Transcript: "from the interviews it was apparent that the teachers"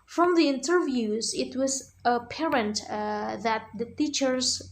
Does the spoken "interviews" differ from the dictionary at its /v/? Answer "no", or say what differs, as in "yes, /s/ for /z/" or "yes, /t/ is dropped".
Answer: no